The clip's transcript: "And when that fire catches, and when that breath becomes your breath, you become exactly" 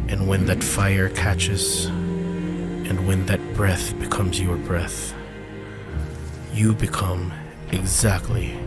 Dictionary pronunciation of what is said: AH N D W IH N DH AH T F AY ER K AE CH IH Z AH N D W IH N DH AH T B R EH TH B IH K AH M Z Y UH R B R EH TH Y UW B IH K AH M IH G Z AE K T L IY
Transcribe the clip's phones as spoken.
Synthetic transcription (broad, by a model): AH N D W IH N DH AH T F AY ER K AE CH IH Z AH N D W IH N DH AH T B R EH TH B IH K AH M Z Y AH R B R EH TH Y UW B IH K AH M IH G Z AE K T L IY